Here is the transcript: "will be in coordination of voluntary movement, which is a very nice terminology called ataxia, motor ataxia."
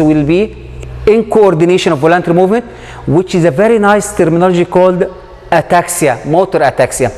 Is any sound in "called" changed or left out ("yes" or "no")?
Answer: no